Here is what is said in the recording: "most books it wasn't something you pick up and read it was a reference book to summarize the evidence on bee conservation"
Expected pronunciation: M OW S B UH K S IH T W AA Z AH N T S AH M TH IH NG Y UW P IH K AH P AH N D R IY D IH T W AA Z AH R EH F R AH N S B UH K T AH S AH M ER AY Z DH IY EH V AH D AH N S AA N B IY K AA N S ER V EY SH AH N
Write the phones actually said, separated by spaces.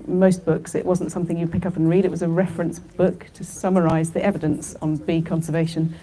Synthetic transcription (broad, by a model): M OW S B UH K S IH T W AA Z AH N T S AH M TH IH NG Y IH P IH K AH P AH N R IY D IH T W AA Z AH R EH F R AH N S B UH K T AH S AH M ER AY Z DH IY EH V AH D AH N S N B IY K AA N S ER V EY SH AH N